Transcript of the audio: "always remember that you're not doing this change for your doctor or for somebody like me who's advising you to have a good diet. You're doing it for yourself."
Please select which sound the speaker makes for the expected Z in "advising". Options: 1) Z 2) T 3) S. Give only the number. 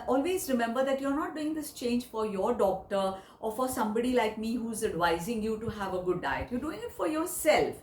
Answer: 1